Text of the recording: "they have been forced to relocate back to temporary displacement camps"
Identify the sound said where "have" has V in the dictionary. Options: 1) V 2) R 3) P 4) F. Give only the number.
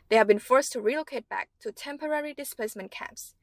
1